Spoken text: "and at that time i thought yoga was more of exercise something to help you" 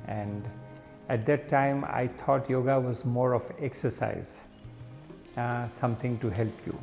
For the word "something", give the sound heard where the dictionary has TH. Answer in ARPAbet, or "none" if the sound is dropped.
T